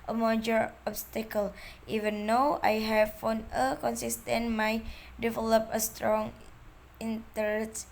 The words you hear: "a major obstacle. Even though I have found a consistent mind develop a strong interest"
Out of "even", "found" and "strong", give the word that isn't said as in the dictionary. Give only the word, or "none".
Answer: found